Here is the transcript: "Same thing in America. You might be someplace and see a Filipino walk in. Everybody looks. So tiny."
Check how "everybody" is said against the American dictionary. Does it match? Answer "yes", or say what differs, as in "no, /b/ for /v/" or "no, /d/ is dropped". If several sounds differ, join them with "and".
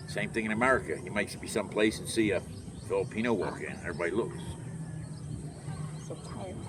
no, /v/ is dropped